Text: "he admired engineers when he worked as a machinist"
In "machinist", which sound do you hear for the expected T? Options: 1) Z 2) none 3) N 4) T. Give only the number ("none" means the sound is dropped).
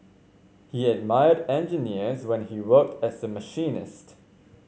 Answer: 4